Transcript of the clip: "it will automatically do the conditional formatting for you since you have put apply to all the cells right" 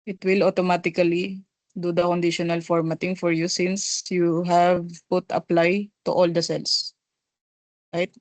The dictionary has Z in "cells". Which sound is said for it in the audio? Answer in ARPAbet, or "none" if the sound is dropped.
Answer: S